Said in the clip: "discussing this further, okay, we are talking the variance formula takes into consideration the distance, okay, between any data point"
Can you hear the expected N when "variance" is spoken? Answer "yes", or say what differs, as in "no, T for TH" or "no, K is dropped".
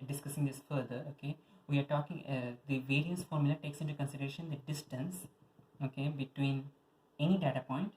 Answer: no, N is dropped